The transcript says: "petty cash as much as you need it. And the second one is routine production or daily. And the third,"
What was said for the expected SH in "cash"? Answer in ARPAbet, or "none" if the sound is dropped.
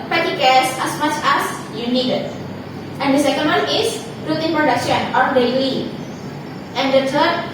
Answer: S